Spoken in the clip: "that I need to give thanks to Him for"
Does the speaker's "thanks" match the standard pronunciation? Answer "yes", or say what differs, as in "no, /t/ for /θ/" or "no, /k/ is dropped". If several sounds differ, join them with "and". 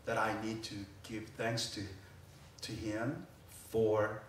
yes